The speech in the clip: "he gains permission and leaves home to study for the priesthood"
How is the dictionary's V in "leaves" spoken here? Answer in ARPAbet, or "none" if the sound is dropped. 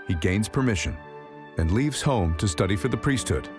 V